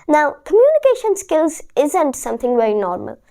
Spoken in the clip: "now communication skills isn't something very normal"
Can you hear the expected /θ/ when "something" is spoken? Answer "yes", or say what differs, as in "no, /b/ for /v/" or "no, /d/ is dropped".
yes